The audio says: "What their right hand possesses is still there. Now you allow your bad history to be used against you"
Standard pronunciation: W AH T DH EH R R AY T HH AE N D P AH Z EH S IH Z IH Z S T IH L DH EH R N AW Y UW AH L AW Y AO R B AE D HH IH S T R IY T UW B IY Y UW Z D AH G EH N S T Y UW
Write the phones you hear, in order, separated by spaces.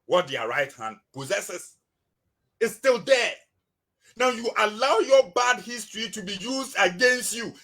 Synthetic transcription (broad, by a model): W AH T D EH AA R AY T HH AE N D P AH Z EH S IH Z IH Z S T IH L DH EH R N AW Y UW AH L AW Y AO B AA D HH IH S T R IY T UW B IY Y UW Z D AH G EH N S T Y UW